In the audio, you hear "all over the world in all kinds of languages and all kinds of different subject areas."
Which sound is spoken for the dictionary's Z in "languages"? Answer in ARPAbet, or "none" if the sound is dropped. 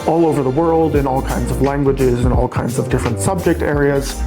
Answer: Z